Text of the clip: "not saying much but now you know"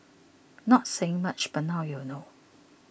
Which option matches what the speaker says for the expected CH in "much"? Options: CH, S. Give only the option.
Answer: CH